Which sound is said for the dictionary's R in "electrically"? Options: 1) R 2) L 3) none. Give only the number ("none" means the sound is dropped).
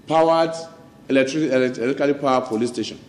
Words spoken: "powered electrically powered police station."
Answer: 2